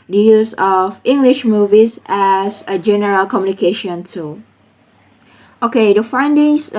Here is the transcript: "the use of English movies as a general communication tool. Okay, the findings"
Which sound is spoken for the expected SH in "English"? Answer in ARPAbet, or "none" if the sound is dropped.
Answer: SH